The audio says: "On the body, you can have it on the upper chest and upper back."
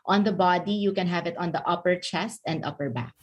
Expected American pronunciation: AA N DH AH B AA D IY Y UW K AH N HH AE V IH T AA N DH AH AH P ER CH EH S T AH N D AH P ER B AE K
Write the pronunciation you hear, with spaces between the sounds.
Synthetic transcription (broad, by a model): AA N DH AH B AA D IY Y UW K AH N HH AE V IH T AA N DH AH AH P ER CH EH S T AH N D AH P ER B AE K